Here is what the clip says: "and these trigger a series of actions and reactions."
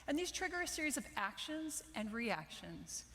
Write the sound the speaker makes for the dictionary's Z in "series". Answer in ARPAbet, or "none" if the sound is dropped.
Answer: Z